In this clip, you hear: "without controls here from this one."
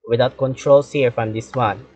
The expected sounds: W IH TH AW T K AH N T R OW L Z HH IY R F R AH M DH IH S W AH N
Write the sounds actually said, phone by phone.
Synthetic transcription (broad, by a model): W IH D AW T K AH N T R OW L S HH IY R F R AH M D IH S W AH N